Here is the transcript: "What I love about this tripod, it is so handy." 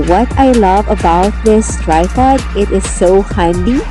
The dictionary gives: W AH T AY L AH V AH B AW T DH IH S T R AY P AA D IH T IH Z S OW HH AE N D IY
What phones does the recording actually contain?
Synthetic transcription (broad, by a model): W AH T AY L AH V AH B AW T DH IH S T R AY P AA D IH T IH Z S OW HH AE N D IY